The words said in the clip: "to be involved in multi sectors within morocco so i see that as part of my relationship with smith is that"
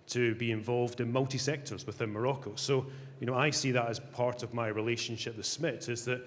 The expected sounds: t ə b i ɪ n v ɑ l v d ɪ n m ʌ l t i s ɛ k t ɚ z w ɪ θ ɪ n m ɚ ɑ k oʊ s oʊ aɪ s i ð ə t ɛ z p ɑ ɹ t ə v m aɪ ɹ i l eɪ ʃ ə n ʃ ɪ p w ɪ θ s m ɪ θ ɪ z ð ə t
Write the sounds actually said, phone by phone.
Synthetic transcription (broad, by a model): t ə b i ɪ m v ɑ l v d ɪ n m ʌ l t i s ɛ k t ɚ z w ɪ θ ɪ n m ɚ ɑ k oʊ s oʊ aɪ s i ð ə t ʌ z p ɑ ɹ t ə v m aɪ ɹ i l eɪ ʃ ə n ʃ ɪ p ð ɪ s m ɪ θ ɪ z ð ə t